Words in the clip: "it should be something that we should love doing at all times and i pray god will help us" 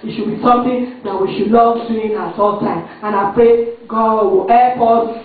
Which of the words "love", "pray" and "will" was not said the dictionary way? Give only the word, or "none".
love